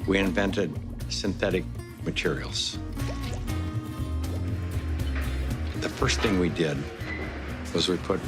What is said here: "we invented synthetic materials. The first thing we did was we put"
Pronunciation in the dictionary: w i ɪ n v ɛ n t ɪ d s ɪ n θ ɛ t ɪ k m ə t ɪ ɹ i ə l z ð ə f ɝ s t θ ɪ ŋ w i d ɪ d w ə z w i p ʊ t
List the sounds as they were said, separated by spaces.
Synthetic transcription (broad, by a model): w i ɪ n v ɛ n t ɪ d s ɪ n θ ɛ t ɪ k m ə t ɪ ɹ i l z ð ə f ɝ s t θ ɪ ŋ w i d ɪ d w ə z w i p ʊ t